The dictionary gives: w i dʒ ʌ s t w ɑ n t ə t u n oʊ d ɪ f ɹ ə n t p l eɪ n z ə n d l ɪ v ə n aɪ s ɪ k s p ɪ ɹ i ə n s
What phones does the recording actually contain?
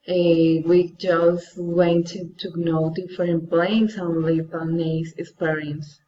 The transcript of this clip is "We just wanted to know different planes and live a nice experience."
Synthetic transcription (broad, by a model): w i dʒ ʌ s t w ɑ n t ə t u n oʊ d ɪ f ɹ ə n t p l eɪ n s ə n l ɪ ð ə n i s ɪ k s p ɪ ɹ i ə n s